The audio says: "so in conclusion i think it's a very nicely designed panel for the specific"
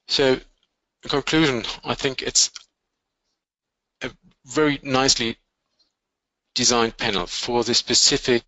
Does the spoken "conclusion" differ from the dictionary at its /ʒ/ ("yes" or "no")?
no